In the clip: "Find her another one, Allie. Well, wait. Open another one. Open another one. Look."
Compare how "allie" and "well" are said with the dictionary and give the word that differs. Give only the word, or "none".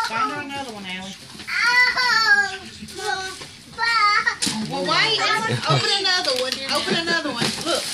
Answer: allie